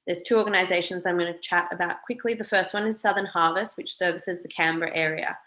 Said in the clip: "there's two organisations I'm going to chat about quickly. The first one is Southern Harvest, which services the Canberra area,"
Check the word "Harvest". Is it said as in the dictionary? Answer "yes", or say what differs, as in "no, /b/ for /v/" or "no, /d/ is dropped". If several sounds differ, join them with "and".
yes